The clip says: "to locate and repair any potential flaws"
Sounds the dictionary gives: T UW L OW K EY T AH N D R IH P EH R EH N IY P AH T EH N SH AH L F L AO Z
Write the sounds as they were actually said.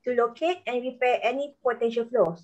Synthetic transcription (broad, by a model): T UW L OW K EY T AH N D R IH P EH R EH N IY P AH T EH N SH AH L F L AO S